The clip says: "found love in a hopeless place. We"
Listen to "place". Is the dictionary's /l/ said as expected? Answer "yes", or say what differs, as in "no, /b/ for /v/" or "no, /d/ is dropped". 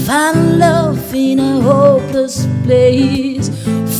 no, /l/ is dropped